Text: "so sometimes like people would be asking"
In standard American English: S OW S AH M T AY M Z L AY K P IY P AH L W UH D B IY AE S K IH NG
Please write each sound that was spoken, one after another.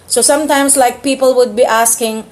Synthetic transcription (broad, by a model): S OW S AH M T AY M S L AY K P IY P AH L W UH D B IY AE S K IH NG